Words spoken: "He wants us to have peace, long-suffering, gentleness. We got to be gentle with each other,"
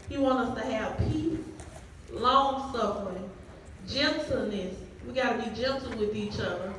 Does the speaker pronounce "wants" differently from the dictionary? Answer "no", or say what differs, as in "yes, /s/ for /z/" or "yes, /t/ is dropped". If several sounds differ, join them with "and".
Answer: yes, /s/ is dropped